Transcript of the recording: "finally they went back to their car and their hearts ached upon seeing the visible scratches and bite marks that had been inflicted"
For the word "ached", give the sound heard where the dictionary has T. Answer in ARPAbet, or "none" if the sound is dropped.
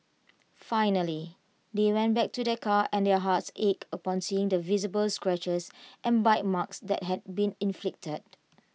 none